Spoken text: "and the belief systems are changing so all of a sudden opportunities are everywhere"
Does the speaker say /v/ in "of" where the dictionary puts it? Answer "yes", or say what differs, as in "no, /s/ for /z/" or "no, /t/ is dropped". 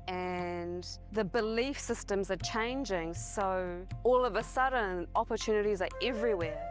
yes